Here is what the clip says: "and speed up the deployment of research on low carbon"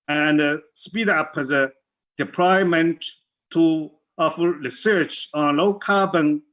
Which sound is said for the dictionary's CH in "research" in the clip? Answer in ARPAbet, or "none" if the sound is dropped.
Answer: CH